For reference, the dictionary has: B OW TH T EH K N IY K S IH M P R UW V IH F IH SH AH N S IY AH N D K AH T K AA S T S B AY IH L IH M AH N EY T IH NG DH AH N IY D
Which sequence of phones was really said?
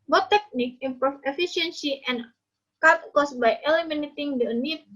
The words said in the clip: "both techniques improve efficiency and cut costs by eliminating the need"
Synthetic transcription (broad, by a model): B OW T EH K N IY K IH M P R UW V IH F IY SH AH N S IY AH N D K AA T K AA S S B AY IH L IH M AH N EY T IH NG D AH N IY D